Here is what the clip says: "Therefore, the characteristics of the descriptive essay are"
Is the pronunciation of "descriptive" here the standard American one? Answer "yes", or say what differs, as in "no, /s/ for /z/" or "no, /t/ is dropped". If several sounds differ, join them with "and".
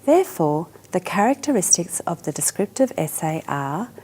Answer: yes